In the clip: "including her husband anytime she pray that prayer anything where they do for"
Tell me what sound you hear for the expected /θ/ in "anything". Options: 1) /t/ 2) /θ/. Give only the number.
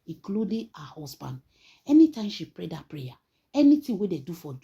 1